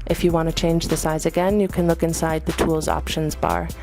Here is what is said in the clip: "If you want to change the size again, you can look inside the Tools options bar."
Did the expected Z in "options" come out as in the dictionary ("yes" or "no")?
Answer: yes